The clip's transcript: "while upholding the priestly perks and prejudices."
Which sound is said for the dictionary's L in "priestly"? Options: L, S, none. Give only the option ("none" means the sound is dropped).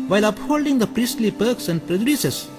L